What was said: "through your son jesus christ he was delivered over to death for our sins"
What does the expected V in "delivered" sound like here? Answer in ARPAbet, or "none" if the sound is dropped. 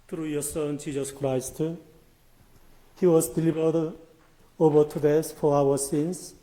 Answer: B